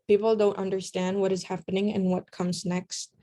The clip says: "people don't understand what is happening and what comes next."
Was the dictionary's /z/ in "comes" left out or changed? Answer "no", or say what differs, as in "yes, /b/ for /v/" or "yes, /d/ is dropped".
no